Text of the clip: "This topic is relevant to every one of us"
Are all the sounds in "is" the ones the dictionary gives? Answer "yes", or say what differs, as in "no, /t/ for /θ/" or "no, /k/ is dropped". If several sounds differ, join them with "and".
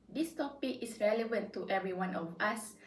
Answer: no, /s/ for /z/